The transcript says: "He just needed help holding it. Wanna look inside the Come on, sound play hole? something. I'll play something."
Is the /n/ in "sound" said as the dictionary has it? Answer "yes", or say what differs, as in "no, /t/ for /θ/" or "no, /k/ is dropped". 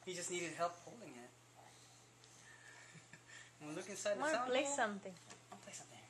no, /n/ is dropped